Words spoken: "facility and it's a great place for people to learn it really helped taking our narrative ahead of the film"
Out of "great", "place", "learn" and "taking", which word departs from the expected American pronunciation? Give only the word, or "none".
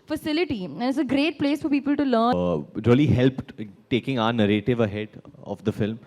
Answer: learn